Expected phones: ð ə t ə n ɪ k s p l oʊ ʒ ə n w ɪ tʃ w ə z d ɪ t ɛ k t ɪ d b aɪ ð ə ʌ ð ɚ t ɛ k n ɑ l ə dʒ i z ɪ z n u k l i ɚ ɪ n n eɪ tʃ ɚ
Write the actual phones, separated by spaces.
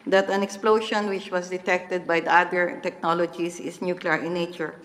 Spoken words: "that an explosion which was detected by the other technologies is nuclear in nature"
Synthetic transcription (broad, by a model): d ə t ə n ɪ k s p l oʊ ʃ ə n w ɪ tʃ w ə s d ɪ t ɛ k t ɪ d b aɪ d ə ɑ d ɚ t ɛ k n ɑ l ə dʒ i s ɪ s n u k l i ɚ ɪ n n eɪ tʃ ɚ